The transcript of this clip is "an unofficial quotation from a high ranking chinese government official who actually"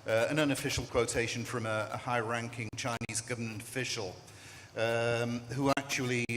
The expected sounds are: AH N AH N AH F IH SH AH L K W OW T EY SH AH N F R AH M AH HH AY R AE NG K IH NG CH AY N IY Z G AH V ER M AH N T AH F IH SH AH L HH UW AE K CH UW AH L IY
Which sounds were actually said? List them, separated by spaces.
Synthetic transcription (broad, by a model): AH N AH N AH F IH SH AH L K W OW T EY SH AH N F R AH M AH HH AY R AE NG K IH NG CH AY N IY Z G AH V ER M AH N T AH F IH SH AH L HH UW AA K CH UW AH L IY